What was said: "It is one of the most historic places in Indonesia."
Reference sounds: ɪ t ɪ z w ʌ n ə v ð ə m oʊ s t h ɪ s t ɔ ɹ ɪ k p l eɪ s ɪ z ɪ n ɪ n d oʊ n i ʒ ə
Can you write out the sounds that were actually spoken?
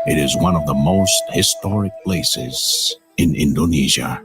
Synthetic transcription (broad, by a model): ɪ t ɪ z w ʌ n ə v ð ə m oʊ s t h ɪ s t ɔ ɹ ɪ k p l eɪ s ɪ z ɪ n ɪ n d oʊ n i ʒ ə